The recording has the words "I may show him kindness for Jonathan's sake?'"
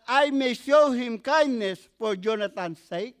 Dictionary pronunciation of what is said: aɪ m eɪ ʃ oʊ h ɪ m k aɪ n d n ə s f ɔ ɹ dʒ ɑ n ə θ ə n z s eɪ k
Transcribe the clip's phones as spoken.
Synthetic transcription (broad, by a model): aɪ m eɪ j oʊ h ɪ m k aɪ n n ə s p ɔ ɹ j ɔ n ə t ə n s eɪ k